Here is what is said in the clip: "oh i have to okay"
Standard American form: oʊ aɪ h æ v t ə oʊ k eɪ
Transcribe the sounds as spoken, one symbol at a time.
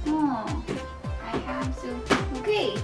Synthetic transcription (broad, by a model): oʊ aɪ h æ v s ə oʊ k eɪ